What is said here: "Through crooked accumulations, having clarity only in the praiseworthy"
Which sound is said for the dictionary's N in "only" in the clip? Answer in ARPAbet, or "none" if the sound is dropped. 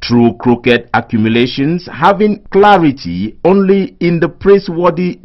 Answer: N